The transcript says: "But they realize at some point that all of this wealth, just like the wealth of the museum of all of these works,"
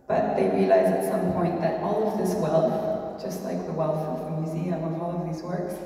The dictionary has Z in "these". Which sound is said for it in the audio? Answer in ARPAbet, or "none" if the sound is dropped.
Z